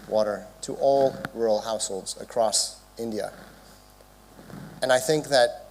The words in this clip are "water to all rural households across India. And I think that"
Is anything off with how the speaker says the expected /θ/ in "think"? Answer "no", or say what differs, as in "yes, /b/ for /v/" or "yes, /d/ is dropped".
no